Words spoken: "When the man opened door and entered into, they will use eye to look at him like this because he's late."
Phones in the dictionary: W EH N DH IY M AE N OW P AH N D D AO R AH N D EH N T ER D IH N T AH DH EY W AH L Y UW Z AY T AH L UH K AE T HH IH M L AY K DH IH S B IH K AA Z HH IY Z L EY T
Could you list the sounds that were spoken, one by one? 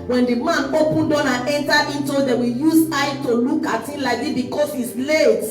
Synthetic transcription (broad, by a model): W EH N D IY M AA N OW P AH N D D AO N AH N EH N T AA IH N T AH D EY W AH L Y UW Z AY T AH L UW K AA T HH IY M L AY K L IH B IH K AA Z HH IY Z L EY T